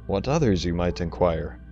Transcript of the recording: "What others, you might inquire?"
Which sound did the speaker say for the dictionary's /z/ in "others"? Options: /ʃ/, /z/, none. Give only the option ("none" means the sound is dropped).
/z/